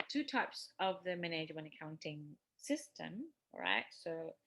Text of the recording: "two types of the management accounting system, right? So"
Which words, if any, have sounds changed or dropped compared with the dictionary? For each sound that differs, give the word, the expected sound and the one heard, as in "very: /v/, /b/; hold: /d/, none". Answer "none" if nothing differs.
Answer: management: /t/, none